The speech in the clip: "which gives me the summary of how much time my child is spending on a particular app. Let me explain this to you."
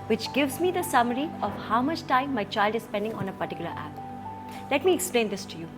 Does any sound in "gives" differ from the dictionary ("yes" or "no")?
no